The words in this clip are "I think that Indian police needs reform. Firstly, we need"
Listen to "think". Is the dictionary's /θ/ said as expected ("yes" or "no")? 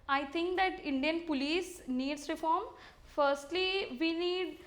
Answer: no